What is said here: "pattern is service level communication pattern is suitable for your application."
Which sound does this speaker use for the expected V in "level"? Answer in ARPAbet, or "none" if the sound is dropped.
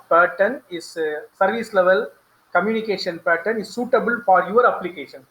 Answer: V